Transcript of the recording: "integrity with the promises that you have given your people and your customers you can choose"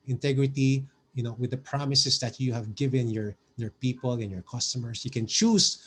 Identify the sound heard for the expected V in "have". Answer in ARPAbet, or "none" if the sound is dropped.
V